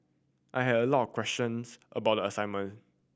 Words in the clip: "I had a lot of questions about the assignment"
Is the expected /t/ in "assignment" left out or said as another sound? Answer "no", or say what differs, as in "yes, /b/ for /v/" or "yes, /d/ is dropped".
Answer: yes, /t/ is dropped